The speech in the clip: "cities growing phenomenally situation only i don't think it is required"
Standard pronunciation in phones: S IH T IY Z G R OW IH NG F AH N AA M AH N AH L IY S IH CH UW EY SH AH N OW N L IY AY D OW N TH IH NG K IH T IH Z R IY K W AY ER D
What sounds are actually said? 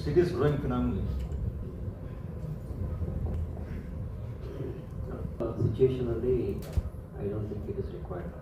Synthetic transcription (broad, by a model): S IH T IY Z G R OW IH NG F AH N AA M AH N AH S S IH CH UW EY SH AH N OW L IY AY D OW N T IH NG K IH T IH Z R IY K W AY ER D